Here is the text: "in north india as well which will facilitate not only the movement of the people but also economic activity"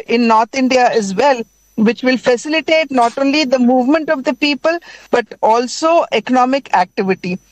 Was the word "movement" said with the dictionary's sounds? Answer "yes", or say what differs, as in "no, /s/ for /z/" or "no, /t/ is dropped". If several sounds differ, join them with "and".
yes